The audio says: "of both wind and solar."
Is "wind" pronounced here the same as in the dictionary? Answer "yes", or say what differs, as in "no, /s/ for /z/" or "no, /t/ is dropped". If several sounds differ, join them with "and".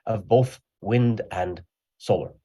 yes